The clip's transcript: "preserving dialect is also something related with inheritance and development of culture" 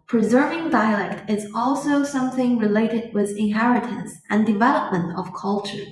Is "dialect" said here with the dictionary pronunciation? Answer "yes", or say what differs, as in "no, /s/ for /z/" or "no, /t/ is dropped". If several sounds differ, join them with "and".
yes